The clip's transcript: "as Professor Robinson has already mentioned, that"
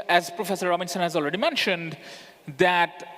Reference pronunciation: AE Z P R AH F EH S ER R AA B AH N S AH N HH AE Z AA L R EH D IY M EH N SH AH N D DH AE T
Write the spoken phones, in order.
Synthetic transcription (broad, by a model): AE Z P R AH F EH S ER R AA B AH N S AH N HH AE Z AA L R EH D IY M EH N SH AH N D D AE T